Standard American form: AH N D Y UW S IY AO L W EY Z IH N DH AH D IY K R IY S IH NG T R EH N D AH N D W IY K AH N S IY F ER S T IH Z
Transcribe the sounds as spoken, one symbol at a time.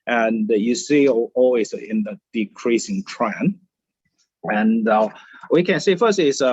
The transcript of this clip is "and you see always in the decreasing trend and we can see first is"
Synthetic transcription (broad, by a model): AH N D Y UW S IY AO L W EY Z IH N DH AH D IY K R IY S IH NG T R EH N AH N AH W IY K AH N S IY F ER S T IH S